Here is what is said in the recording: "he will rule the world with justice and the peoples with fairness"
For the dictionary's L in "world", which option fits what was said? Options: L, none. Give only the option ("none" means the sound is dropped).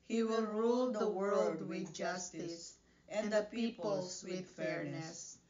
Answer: L